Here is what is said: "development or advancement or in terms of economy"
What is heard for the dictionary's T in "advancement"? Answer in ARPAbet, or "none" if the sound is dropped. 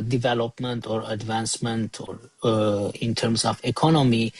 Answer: T